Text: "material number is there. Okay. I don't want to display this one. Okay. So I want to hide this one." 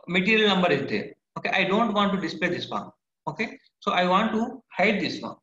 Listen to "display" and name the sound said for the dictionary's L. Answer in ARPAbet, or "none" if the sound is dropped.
L